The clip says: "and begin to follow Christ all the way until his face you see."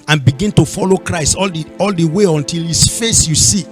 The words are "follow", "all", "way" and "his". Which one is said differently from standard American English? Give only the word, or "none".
his